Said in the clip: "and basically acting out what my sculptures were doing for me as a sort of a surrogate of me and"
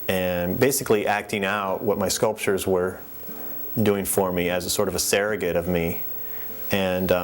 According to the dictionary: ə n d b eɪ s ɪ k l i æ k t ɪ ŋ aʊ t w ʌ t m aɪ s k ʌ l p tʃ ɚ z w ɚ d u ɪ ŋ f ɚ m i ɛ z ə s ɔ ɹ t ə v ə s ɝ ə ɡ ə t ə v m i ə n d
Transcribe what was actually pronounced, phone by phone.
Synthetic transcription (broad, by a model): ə n b eɪ s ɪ k l i æ k t ɪ ŋ aʊ t w ʌ t m aɪ s k ʌ l p tʃ ɚ z w ɚ d u ɪ ŋ f ɚ m i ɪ z ə s ɔ ɹ t ə v ə s ɝ ə ɡ ə t ə v m i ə n